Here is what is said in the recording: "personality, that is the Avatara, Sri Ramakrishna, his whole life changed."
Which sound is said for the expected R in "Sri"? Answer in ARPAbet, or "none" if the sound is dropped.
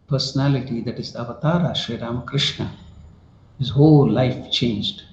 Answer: none